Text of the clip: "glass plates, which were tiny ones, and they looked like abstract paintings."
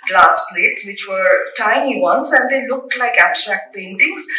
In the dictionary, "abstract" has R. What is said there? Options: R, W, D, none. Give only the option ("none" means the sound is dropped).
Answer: R